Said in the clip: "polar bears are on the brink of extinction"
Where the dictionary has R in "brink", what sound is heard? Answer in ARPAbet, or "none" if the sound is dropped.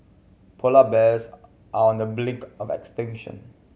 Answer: L